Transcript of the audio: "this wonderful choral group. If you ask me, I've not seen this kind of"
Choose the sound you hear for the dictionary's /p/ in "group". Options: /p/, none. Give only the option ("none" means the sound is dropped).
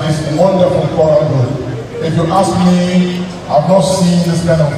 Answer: none